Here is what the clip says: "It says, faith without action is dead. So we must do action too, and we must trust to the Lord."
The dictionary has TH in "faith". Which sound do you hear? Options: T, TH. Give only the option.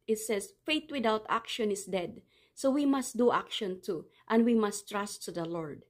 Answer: T